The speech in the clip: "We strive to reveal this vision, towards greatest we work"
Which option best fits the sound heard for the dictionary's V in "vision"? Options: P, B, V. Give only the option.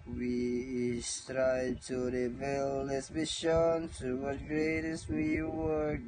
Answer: B